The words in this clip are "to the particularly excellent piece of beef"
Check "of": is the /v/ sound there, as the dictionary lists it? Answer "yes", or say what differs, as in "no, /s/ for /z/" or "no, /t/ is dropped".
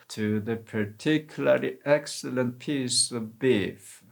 yes